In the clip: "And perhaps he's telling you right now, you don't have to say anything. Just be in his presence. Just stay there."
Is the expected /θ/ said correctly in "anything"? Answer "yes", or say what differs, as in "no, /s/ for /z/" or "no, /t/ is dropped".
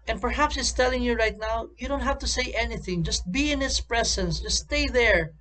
yes